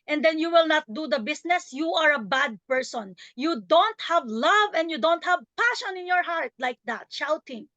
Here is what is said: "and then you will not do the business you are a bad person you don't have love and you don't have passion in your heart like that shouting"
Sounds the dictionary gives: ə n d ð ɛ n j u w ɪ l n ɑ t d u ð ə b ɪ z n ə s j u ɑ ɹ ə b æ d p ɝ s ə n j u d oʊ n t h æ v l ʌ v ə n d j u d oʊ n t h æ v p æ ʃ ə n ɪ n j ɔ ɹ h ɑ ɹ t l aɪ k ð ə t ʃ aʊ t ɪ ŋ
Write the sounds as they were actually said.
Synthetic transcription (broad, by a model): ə n d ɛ n j u w ɪ l n ɑ t d u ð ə b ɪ s n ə s j u ɑ ɹ ə b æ d p ɝ s ə n j u d oʊ n t h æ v l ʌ v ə n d j u d oʊ n t h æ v p æ ʃ ə n ɪ n j ɔ ɹ h ɑ ɹ t l aɪ k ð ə t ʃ aʊ t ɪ ŋ